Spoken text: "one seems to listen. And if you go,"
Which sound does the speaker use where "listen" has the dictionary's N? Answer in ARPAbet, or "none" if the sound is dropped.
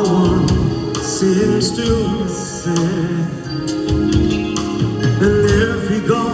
none